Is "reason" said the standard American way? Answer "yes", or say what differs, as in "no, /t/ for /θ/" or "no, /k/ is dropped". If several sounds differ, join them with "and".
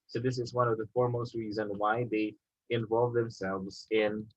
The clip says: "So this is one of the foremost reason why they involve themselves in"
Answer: yes